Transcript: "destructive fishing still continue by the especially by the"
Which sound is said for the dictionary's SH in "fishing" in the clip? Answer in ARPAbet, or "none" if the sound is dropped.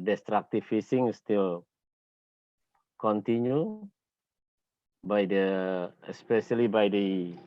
S